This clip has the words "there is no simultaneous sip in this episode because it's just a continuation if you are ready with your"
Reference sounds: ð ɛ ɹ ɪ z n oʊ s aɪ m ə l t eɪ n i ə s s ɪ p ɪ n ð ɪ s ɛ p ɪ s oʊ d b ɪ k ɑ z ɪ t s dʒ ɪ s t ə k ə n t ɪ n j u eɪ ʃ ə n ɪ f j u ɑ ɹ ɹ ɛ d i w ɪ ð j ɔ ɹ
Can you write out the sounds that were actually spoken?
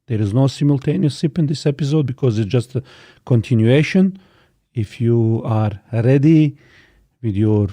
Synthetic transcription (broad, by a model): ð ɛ ɹ ɪ z n oʊ s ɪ m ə l t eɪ n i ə s ʃ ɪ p ɪ n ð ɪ s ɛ p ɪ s oʊ d b ɪ k ɑ z ɪ t s dʒ ɪ s t ə k ə n t ɪ n j u eɪ ʃ ə n ɪ f j u ɑ ɹ ɹ ɛ d i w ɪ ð j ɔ ɹ